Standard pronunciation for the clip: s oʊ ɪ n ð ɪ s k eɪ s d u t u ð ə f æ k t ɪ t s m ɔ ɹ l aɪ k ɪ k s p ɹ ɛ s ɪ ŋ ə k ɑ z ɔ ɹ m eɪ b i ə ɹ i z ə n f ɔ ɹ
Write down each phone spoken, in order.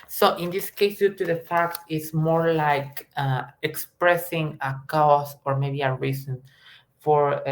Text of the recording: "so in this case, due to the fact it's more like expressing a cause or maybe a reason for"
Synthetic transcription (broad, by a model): s oʊ ɪ n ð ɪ s k eɪ s d u t u ð ə f æ k t ɪ t s m ɔ ɹ l aɪ k ɪ k s p ɹ ɛ s ɪ ŋ ə k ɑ s ɔ ɹ m eɪ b i ə ɹ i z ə n f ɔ ɹ